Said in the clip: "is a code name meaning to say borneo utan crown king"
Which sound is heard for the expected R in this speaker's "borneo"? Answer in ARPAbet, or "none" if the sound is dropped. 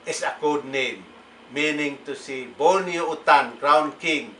L